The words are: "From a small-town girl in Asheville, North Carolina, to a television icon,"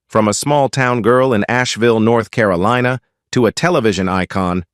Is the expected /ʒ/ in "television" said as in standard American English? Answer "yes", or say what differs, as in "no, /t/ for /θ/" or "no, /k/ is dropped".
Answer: yes